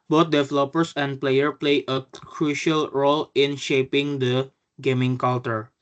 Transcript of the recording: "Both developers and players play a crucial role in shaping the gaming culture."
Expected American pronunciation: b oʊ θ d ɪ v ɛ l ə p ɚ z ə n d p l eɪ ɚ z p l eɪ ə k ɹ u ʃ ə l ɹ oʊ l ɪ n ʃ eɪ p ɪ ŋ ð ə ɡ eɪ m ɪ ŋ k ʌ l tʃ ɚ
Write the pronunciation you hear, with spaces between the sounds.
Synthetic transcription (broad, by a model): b oʊ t d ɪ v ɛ l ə p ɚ s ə n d p l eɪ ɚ p l eɪ ə k ɹ u ʃ ə l ɹ oʊ l ɪ n ʃ eɪ p ɪ ŋ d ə ɡ eɪ m ɪ ŋ k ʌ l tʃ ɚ